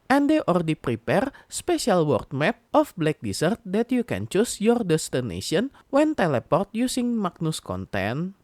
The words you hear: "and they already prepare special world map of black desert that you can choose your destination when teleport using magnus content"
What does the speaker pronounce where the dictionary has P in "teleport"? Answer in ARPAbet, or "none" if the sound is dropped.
P